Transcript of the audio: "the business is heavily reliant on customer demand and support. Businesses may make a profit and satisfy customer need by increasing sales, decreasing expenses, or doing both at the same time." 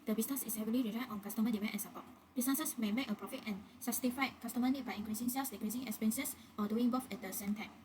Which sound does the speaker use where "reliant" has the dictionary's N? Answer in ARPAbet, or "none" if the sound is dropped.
none